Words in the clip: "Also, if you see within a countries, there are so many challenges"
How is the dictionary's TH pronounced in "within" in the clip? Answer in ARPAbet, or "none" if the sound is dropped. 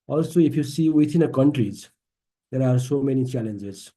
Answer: T